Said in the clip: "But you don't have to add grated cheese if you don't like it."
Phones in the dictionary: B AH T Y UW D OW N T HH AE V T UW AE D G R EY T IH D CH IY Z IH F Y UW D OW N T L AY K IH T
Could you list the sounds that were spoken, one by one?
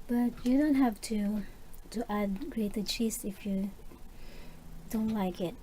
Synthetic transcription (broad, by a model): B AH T Y UW D OW N T HH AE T T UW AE D G R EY T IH CH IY S IH F Y UW D OW N T L AY K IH T